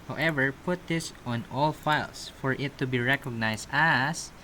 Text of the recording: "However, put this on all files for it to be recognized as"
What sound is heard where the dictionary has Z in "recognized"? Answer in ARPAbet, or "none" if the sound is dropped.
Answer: S